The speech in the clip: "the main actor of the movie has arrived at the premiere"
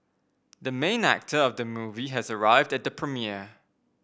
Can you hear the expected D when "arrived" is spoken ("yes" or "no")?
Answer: yes